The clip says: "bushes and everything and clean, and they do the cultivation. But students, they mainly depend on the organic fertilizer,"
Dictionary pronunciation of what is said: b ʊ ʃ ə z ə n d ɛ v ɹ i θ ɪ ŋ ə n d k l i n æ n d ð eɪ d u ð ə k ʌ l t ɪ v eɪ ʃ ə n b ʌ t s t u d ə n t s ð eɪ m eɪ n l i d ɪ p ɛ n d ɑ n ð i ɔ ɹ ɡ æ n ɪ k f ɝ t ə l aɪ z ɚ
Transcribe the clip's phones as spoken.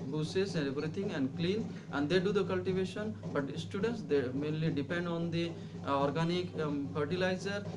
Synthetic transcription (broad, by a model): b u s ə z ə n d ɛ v ɹ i t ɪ ŋ ə n d k l i n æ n d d eɪ d u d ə k ʌ l t ɪ v eɪ ʃ ə n b ʌ t s t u d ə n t s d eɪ m eɪ n l i d ɪ p ɛ n d ɑ n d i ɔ ɹ ɡ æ n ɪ k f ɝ t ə l aɪ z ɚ